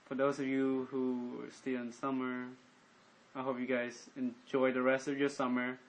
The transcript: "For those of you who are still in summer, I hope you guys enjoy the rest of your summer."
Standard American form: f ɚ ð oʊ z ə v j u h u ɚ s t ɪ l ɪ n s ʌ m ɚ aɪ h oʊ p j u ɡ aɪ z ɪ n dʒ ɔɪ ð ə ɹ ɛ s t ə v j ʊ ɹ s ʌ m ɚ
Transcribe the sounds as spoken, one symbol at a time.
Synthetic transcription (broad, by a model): f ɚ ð oʊ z ə v j u h u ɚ s t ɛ ɪ n s ʌ m ɚ aɪ h oʊ p j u ɡ aɪ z ɪ n dʒ ɔɪ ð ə ɹ ɛ s t ə v j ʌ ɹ s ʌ m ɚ